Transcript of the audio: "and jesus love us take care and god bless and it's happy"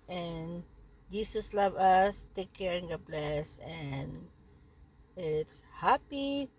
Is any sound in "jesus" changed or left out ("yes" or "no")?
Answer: yes